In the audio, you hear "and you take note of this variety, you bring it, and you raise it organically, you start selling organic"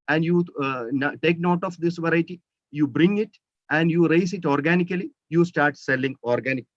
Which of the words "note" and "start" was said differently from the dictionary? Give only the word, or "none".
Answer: none